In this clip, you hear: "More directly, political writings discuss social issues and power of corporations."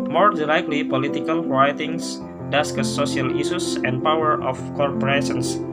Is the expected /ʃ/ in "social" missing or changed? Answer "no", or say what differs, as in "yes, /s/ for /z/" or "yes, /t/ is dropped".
yes, /ʃ/ is dropped